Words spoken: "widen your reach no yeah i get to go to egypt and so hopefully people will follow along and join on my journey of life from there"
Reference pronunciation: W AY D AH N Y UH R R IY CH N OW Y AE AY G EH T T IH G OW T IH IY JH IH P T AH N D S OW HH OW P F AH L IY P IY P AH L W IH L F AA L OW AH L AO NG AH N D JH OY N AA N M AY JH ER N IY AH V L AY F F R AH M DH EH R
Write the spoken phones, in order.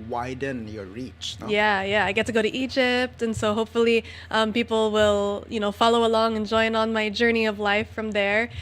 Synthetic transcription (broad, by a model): W AY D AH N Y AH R R IY CH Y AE Y AE AY G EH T T IH G OW T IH IY JH IH P T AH N S OW HH OW P F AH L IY P IY P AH L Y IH N F AA L OW AH L AO NG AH N JH OY N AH N M AY JH ER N IY AH V L AY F F R AH M DH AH R